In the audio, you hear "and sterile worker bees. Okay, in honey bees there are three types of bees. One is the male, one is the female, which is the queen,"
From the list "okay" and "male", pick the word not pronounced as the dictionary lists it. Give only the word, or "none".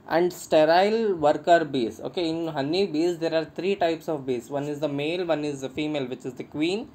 none